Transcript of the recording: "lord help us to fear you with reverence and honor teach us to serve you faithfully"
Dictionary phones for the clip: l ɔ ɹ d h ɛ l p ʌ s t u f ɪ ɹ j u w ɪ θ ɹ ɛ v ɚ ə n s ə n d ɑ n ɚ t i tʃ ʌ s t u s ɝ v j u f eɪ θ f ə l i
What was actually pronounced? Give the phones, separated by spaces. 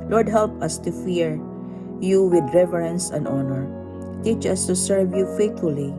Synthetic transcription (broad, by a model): l ɔ ɹ d h ɛ l p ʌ s t u f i ɹ j u w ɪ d ɹ ɛ v ɚ ə n s ə n d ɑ n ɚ t i tʃ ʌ s t u s ɝ v j u f eɪ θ f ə l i